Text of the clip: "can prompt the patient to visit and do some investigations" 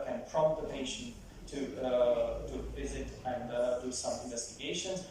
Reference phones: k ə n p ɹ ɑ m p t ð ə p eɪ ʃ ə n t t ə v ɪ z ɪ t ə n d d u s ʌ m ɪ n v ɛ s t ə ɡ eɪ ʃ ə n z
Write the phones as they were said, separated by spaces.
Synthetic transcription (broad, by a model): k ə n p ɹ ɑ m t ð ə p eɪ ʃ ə n t t ə v ɪ z ɪ t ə n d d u s ʌ m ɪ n v ɛ s t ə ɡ eɪ ʃ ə n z